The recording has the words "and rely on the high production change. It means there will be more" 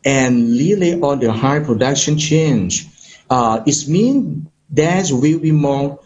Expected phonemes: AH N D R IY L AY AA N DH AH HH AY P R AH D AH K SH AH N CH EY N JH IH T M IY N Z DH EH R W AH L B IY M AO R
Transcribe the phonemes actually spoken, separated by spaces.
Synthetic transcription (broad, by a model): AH N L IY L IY AA N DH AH HH AY P R AH D AH K SH AH N CH EY N JH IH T M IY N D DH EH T W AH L B IY M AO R